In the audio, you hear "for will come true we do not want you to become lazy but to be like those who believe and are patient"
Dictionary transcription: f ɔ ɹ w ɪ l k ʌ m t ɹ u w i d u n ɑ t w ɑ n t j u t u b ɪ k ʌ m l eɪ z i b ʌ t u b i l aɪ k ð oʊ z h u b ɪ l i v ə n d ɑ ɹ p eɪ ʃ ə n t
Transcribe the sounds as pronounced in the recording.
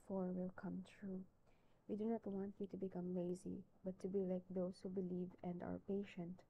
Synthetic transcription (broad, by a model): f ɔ ɹ w ɪ l k ʌ m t ɹ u w i d u n ɑ t w ɑ n t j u t u b ɪ k ʌ m l eɪ z i b ʌ t u b i l aɪ k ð oʊ s h u b ɪ l i v ə n d ɑ ɹ p eɪ ʃ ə n t